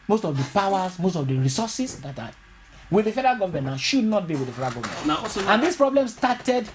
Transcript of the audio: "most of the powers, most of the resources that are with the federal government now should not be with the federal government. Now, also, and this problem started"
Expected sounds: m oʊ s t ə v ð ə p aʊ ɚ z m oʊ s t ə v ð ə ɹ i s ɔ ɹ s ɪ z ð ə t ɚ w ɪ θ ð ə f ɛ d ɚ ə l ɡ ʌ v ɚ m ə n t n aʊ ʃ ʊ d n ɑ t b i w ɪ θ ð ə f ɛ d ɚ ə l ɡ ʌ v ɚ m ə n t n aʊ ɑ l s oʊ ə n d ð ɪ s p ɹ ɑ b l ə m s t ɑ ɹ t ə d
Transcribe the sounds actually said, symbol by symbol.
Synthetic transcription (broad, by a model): m oʊ s t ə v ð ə p aʊ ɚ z m oʊ s t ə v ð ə ɹ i s ɔ s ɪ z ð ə t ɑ w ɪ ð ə f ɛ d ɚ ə ɡ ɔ v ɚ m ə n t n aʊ ʃ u d n ɑ t b i w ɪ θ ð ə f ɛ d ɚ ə ɡ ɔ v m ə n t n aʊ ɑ s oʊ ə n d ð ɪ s p ɹ ɑ b l ə m s t ɑ t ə d